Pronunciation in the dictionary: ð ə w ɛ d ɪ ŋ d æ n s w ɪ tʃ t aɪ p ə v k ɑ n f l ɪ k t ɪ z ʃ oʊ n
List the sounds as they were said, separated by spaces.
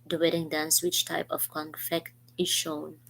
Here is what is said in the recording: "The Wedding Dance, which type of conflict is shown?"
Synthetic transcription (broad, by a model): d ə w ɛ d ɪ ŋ d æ n s w ɪ tʃ t aɪ p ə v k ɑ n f ɪ k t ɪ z ʃ oʊ n